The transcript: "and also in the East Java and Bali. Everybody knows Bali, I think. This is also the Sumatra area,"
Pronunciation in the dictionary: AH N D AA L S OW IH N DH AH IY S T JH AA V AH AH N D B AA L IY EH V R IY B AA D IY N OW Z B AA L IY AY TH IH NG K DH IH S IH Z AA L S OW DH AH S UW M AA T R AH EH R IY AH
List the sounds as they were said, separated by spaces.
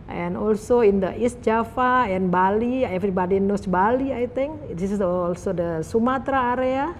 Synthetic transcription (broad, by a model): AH N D AA L S OW IH N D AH IY S T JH AA F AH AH N B AA L IY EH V R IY B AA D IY N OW S B AA L IY AY T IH NG K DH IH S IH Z AA L S OW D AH S UW M AA T R AH R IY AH